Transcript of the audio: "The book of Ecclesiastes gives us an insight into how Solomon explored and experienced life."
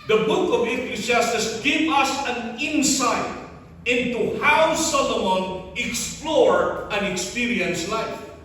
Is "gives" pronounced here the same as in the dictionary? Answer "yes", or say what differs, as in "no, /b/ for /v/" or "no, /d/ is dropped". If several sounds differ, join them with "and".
no, /z/ is dropped